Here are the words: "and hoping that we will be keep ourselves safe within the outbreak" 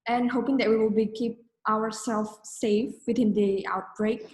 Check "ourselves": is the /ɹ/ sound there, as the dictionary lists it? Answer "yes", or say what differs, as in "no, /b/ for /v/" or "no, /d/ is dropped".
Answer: no, /w/ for /ɹ/